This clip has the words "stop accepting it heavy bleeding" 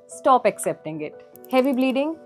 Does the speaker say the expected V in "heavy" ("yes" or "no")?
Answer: yes